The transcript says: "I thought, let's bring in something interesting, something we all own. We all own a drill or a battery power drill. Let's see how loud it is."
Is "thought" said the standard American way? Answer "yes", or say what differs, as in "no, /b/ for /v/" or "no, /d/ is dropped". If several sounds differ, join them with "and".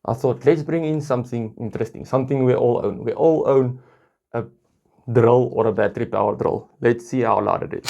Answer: yes